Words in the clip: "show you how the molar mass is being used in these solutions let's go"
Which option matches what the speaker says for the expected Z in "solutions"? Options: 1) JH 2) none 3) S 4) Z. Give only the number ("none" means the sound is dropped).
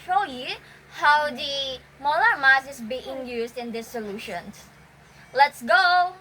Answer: 3